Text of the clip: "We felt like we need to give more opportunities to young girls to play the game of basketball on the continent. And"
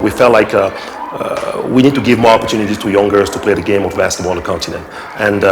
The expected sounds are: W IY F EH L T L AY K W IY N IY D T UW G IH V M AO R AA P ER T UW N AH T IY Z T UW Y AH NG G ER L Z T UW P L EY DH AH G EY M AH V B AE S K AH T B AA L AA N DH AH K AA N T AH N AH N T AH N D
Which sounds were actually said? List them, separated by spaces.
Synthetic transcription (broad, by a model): W IY F EH L T L AY K W IY N IY D T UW G IH V M AO R AA P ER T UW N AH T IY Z T UW Y AH NG G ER Z T UW P L EY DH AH G EY M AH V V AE S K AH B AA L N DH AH K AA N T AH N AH N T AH N